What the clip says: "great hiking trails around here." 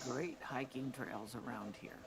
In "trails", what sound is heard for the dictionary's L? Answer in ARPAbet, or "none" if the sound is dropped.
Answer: L